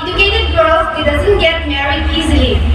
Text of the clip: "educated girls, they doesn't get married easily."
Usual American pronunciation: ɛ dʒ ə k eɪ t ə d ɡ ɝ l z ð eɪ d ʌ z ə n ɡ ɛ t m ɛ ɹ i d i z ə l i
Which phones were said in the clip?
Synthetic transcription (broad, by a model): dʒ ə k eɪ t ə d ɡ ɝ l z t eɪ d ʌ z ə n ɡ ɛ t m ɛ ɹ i i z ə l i